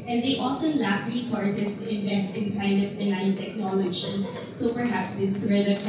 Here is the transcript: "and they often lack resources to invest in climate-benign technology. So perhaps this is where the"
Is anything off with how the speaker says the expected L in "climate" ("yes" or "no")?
yes